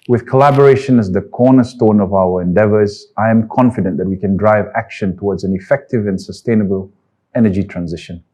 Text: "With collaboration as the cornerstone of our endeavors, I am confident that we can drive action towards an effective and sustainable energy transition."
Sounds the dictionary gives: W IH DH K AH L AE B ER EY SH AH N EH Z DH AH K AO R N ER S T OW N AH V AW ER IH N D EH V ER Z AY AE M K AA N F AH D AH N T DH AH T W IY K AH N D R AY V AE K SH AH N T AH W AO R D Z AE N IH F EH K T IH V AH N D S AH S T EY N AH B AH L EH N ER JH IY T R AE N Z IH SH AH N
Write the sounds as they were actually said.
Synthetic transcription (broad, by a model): W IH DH K AH L AE B ER EY SH AH N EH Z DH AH K AO N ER S T OW N AH V AW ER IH N D EH V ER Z AY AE M K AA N F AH D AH N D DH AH T W IY K AH N D R AY V AE K SH AH N T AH W AO D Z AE N IH F EH K T IH V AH N S AH S T EY N AH B AH L EH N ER JH IY T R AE N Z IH SH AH N